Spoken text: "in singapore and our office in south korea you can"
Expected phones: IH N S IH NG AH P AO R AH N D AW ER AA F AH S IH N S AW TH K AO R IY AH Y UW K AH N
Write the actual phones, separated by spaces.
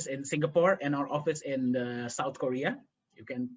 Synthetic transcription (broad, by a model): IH N S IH NG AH P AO R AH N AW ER AA F AH S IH N S AW T K AO R IY AH Y UW K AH N